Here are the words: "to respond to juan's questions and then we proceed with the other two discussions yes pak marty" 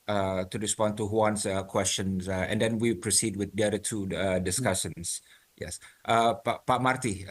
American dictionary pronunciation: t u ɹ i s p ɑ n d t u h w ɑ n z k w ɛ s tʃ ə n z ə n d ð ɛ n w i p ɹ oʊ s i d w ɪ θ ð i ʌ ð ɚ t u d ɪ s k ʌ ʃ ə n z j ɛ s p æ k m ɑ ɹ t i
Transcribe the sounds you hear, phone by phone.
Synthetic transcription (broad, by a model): t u ɹ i s p ɑ n t u h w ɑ n s k w ɛ s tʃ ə n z ə n d ɛ n w i p ɹ oʊ s i d w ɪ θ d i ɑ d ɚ t u d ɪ s k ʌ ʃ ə n s j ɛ s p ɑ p m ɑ ɹ t i